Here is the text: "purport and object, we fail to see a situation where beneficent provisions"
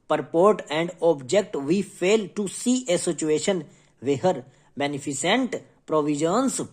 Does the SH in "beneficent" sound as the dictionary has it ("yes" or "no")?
no